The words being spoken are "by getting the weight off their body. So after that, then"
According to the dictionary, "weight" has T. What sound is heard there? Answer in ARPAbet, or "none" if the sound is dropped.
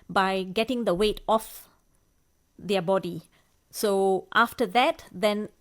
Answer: T